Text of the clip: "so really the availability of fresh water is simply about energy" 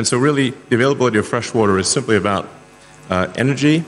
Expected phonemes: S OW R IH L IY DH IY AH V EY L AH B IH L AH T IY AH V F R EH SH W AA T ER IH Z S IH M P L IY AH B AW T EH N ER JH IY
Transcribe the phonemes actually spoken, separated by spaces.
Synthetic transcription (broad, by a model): S OW R IH L IY DH IY AH V EY L AH B IH L AH T IY AH V F R EH SH W AA T ER IH Z S IH M P L IY AH B AW T EH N ER JH IY